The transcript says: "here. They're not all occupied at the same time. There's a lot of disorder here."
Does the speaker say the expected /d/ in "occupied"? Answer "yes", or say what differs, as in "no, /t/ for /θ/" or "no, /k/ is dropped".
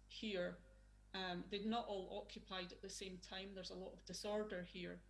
yes